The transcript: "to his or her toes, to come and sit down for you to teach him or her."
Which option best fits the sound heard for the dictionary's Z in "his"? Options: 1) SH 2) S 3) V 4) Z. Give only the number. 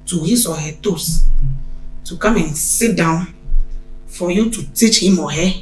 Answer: 2